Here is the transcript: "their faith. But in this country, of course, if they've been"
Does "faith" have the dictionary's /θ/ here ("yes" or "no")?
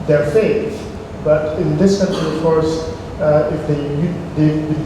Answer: no